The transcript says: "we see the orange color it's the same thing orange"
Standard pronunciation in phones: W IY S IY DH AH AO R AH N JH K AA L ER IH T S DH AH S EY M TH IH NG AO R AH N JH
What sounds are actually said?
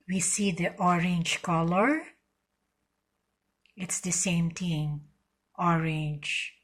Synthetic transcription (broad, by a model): W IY S IY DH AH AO R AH N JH K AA L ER IH T S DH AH S EY M T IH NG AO R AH N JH